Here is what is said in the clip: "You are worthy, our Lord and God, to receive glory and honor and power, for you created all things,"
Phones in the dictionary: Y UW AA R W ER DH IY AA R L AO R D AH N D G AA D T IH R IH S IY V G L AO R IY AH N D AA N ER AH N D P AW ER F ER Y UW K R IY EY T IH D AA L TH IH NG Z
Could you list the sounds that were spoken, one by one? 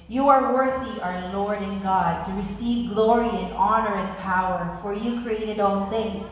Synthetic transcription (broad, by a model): Y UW AA R W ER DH IY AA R L AO R D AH N G AA D T IH R IH S IY V G L AO R IY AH N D AA N ER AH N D P AW ER F ER Y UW K R IY EY T IH D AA N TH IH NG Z